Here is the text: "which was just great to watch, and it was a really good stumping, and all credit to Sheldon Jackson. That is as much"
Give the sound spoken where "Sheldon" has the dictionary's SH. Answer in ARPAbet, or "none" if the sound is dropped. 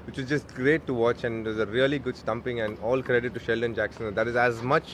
SH